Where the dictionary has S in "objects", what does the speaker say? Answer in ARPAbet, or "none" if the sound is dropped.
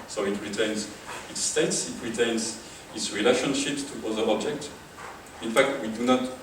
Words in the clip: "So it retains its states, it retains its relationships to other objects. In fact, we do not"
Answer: none